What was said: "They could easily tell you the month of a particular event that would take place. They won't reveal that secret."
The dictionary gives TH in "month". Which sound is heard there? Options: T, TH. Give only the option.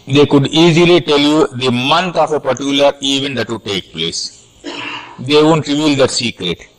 T